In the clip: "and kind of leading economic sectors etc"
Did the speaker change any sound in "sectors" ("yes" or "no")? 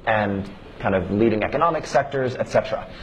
no